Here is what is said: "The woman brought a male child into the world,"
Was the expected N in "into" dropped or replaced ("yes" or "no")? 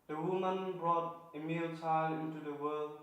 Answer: no